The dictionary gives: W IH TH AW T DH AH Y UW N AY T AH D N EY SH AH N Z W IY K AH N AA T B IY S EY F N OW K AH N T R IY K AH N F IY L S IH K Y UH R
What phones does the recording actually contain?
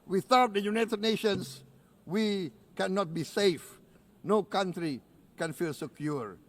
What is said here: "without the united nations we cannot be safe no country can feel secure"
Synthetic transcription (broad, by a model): W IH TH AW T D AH Y UW N AY T AH D N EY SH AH N S W IY K AH N AA T B IY S EY F N OW K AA N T R IY K AH N F IY L S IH K Y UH R